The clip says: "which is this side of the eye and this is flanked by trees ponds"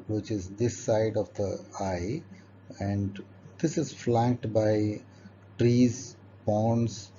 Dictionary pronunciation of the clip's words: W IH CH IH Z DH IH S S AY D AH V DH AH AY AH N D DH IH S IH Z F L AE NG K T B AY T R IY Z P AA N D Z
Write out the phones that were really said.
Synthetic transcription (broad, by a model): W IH CH IH Z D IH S S AY D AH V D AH AY AH N D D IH S IH Z F L AE NG K T B AY T R IY Z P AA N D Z